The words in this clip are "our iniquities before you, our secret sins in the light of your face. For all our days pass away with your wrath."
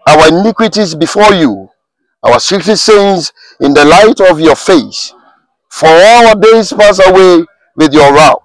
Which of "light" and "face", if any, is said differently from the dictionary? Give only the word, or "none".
none